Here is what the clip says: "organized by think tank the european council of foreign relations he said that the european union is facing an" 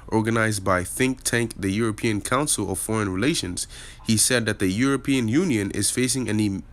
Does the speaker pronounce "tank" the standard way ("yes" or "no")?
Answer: yes